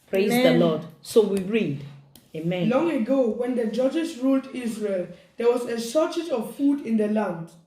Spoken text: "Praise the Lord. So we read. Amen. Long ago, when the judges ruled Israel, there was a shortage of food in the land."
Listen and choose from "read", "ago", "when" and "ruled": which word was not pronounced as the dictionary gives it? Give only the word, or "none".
none